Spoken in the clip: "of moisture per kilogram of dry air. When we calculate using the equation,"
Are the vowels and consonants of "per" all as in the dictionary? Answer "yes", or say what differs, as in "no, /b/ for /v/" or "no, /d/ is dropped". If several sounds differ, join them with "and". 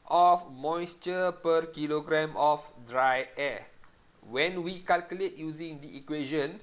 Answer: yes